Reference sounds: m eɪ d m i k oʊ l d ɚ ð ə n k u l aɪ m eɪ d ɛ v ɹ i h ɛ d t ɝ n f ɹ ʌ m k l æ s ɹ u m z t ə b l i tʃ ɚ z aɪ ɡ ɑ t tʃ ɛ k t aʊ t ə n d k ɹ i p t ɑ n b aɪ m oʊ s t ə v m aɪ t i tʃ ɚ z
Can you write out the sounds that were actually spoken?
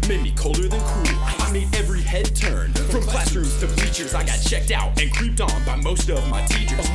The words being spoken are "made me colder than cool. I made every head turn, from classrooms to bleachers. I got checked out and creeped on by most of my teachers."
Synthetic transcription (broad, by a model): m eɪ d m i k oʊ l d ɚ ð ə n k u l aɪ m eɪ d ɛ v ɹ i h ɛ d t ɝ n p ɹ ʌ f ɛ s ʌ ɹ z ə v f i tʃ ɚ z aɪ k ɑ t tʃ ɛ k t aʊ t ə n k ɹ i p t n b aɪ m oʊ s t ə v m aɪ t i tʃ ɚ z